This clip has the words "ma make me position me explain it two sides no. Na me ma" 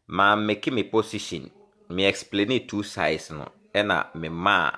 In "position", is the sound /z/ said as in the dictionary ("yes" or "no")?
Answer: no